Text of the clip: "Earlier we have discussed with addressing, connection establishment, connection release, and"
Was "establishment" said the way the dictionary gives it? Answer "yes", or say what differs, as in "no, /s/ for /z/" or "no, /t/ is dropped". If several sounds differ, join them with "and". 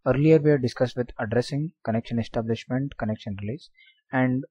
yes